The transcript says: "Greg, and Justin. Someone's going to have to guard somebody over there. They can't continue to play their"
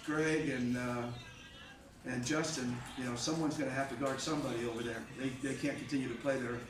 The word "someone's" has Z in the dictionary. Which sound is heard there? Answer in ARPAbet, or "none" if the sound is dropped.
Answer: Z